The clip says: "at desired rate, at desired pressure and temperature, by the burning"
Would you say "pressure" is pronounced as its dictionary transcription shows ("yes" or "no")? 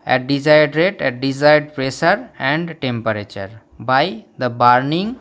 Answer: no